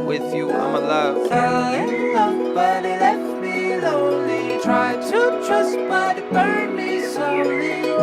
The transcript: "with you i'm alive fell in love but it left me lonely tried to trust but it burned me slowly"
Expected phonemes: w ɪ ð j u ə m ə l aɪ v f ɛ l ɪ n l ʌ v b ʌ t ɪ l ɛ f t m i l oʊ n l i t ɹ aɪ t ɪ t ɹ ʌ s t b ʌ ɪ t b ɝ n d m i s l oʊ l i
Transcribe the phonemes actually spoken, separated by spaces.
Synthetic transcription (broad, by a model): w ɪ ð j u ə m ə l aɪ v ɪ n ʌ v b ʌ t ɪ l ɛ t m i l oʊ n l i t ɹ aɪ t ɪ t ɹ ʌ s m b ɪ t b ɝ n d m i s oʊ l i